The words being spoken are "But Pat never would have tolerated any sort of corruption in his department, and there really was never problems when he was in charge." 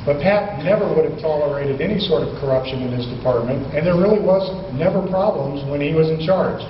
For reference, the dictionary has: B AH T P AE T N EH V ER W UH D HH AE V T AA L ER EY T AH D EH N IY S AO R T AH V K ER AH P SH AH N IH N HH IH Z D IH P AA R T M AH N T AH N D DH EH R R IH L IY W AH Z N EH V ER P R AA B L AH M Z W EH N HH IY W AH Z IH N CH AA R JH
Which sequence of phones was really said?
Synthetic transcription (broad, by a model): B AH T P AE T N EH V ER W UH D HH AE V T AA L ER EY T AH D EH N IY S AO R T AH V K ER AH P SH AH N IH N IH Z D IH P AA R T M AH N T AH N DH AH R R IH L IY W AH Z N EH V ER P R AA B L AH M Z W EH N IY W AH Z IH N CH AA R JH